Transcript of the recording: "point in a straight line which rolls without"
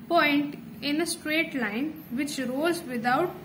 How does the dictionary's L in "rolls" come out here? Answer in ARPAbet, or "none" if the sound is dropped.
none